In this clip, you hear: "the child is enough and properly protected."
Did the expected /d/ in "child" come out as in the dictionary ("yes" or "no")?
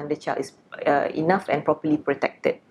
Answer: no